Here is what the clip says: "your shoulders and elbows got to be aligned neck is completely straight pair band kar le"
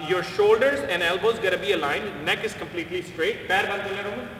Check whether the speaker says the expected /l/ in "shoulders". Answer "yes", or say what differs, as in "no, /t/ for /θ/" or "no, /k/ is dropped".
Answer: yes